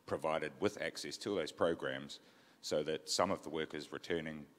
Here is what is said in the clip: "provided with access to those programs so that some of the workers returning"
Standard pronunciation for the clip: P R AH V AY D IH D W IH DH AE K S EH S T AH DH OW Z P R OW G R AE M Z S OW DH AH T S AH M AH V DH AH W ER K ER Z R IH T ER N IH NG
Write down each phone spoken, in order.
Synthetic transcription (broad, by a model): P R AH V AY D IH D W IH DH AE K S EH S T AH DH OW Z P R OW G R AE M Z S OW DH AH T S AH M AH V DH AH W ER K ER Z R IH T ER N IH NG